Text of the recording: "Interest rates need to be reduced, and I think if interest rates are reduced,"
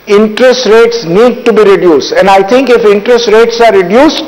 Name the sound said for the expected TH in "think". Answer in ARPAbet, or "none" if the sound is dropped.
T